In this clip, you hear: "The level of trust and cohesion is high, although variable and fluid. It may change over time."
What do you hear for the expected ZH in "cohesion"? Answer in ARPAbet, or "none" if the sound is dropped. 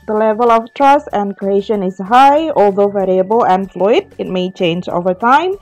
SH